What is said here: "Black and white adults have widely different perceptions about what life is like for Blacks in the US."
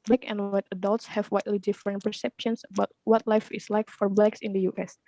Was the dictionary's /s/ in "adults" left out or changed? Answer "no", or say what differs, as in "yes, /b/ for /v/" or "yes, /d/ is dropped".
no